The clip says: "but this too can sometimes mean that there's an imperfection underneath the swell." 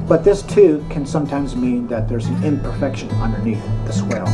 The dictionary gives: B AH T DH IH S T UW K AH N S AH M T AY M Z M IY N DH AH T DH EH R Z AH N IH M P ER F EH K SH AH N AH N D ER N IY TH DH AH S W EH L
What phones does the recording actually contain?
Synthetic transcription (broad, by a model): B AH T DH IH S T UW K AH N S AH M T AY M Z M IY N DH AH T DH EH R Z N IH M P ER F EH K SH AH N AH N D ER N IY TH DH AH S W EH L